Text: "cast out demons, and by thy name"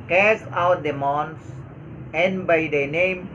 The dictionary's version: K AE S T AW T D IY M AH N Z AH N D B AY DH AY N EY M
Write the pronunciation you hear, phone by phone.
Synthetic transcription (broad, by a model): K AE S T AW T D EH M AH N S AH N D B AY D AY N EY M